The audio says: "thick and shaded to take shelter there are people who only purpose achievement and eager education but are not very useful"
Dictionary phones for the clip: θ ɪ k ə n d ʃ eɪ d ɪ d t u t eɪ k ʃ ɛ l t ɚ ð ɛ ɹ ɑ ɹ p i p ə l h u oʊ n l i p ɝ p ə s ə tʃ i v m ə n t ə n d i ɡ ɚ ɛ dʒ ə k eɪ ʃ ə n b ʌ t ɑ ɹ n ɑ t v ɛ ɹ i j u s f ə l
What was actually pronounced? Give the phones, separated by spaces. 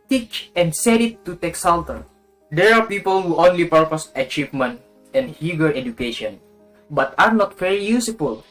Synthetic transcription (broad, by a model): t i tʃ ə n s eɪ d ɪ t u t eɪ k s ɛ l t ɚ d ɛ ɹ ɑ ɹ p i p ə l h u oʊ n l i p ɝ p ə s ə tʃ i v m ə n t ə n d i ɡ ɚ ɛ dʒ ə k eɪ ʃ ə n b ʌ t ɑ ɹ n ɑ t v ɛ ɹ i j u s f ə l